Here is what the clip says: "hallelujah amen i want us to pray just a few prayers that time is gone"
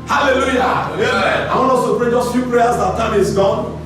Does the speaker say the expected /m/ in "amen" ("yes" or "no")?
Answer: no